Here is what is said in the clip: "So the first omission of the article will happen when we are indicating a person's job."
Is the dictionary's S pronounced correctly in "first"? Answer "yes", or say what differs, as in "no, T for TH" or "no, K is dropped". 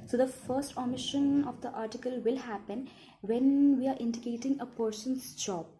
yes